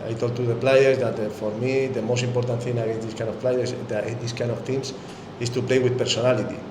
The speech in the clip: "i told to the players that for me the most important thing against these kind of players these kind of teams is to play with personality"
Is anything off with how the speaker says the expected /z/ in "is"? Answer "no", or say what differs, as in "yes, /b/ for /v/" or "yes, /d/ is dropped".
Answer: yes, /s/ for /z/